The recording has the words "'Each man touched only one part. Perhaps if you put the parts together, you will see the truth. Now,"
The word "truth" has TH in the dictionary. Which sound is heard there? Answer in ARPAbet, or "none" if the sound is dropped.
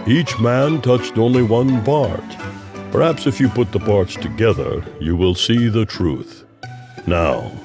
TH